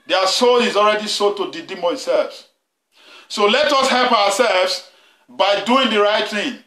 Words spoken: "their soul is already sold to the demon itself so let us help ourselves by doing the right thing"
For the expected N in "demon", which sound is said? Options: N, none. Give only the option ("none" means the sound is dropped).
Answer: none